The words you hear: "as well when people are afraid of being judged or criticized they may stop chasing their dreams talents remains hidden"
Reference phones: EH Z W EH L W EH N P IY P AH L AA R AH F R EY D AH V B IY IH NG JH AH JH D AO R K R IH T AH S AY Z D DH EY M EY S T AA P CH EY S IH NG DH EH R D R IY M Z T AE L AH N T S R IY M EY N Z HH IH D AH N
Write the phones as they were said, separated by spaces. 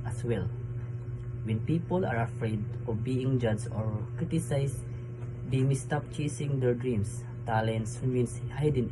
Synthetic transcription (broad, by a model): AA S W EH L W EH N P IY P AH L AA R AH F R EY D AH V B IY IH NG JH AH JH AO R K R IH T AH S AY S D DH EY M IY S T AA P CH EY S IH NG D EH R D R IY M S T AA L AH N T S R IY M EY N S HH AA D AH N